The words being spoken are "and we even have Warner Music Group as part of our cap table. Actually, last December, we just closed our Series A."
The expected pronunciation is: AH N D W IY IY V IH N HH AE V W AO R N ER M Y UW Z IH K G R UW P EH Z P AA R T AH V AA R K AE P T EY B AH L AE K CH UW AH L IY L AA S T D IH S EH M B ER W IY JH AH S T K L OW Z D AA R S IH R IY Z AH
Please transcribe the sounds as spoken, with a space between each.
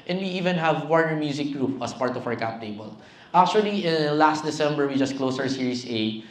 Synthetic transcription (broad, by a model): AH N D W IY IY V IH N HH AE V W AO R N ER M Y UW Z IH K G R UW P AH S P AA R T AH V AA R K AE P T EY B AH L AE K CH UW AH L IY L AA S T D IH S EH M B ER W IY JH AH S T K L OW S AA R S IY R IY S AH